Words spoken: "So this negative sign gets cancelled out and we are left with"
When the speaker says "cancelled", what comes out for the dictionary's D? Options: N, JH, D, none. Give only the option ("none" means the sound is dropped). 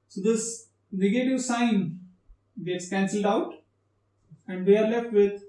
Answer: D